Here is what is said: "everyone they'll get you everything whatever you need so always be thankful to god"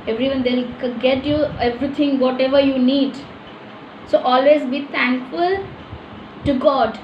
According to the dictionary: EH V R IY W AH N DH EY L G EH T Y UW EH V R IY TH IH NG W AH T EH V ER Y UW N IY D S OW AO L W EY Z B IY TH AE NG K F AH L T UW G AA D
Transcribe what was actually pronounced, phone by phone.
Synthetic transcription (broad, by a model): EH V R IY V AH N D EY L G EH T Y UW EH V R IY T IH NG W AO T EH V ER Y UW N IY D S OW AO L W EY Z B IY T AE NG K F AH L T UW G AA D